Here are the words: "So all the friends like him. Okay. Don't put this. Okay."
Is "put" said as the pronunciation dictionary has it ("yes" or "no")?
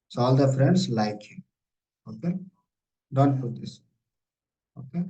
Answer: no